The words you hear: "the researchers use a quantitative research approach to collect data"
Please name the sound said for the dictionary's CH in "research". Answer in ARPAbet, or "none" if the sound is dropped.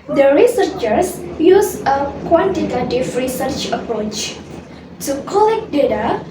CH